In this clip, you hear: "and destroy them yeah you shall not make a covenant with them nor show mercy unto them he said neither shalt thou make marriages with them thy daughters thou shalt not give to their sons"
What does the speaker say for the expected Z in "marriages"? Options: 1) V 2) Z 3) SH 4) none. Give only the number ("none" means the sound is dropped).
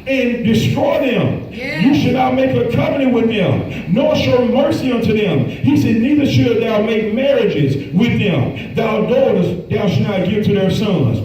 2